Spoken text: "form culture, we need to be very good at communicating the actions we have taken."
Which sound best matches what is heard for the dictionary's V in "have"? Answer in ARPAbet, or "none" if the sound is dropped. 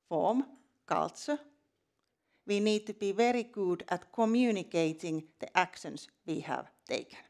V